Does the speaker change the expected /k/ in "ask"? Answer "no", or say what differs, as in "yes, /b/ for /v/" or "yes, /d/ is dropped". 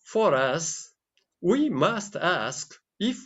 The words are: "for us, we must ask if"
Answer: no